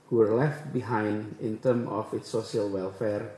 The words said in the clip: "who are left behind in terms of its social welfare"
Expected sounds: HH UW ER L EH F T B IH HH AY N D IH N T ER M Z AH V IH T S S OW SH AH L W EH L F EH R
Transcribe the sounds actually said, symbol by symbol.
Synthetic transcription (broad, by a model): HH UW ER L EH F T B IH HH AY N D IH N T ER M AH F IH T S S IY AH L W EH L F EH R